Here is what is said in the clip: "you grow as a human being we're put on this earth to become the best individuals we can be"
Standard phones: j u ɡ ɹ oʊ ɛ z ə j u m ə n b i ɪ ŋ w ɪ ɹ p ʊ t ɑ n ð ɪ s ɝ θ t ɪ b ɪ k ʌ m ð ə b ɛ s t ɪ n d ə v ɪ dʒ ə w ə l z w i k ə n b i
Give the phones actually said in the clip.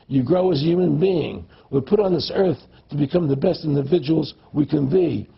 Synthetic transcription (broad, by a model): j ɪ ɡ ɹ oʊ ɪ z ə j u m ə n b i ɪ ŋ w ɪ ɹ p ʊ t n ð ɪ s ɝ θ t ɪ b ɪ k ʌ m ð ə b ɛ s t ɪ n d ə v ɪ dʒ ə w l z w i k ə n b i